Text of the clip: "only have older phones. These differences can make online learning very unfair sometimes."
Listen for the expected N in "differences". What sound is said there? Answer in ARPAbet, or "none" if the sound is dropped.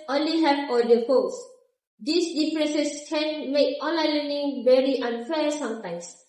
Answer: none